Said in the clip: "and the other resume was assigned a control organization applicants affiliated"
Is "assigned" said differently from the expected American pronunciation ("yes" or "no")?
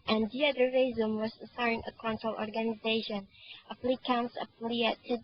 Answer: yes